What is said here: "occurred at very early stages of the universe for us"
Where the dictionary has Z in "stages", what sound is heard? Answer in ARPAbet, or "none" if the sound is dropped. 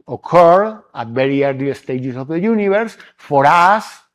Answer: S